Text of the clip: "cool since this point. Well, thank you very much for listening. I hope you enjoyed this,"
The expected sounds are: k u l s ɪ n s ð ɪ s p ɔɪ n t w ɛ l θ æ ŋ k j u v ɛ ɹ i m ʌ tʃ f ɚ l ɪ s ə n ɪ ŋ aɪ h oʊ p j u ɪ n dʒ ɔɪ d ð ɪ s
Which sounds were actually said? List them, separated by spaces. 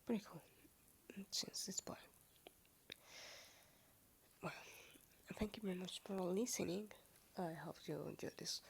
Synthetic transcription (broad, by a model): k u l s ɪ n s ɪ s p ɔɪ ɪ w ɛ l θ æ ŋ k j u v ɛ ɹ i m ʌ tʃ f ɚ l ɪ s ə n ɪ ŋ aɪ h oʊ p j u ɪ n dʒ ɔɪ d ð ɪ s